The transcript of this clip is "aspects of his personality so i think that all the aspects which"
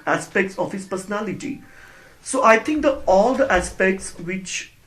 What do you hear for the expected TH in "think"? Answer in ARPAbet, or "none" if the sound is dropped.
T